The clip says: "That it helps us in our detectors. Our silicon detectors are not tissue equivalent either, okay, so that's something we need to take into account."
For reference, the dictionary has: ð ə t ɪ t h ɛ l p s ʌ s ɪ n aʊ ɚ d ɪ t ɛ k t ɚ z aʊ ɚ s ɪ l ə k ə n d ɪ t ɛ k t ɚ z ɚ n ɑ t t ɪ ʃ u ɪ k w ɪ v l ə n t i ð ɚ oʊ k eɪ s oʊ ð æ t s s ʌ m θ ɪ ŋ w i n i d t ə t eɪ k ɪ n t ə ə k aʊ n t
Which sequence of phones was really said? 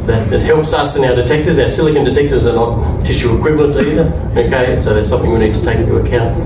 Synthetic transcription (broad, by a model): ð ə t ɪ t h ɛ l p s ʌ s ɪ n aʊ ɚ d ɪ t ɛ k t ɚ z aʊ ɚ s ɪ l ə k ə n d ɪ t ɛ k t ɚ z ɚ n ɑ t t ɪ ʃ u ɪ k w ɪ v l ə n t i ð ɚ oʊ k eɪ s oʊ ð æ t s s ʌ m θ ɪ ŋ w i n i d t ə t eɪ ɪ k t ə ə k aʊ n t